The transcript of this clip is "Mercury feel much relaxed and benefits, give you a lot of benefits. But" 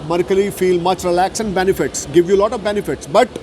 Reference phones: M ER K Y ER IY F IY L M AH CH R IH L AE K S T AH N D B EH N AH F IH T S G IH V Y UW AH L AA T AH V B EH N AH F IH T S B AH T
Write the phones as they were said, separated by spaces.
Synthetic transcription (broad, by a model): M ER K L IY F IY L M AH CH R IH L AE K S AH N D B EH N AH F IH T S G IH V Y UW L AA T AH V B EH N AH F IH T S B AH T